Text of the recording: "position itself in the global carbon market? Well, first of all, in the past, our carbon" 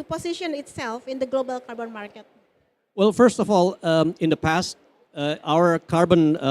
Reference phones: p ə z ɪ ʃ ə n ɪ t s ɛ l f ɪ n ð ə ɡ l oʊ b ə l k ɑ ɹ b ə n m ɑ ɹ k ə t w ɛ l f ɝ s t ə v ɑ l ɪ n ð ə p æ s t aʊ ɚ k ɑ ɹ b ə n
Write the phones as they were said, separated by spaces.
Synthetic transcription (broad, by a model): p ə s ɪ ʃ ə n ɪ t s ɛ l f ɪ n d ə ɡ l oʊ b ə l k ɑ ɹ b ə n m ɑ ɹ k ə t w ɛ l f ɝ s t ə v ɑ l ɪ n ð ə p æ s t aʊ ɚ k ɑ ɹ b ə n